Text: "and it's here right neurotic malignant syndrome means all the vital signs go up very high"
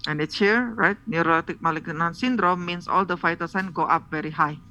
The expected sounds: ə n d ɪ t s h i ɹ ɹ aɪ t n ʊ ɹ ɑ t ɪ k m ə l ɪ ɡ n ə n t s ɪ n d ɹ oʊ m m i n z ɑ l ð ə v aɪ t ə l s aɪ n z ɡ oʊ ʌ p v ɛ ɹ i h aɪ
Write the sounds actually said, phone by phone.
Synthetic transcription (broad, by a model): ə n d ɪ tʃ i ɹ ɹ aɪ t n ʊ ɹ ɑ t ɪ k m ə l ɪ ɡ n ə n s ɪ n d ɹ oʊ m m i n s ɑ l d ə f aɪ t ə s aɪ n ɡ oʊ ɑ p v ɛ ɹ i h aɪ